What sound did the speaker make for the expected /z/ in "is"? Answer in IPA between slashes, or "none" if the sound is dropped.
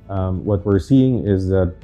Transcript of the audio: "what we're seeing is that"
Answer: /z/